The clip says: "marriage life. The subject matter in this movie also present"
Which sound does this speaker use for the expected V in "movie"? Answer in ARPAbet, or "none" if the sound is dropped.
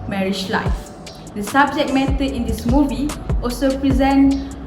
V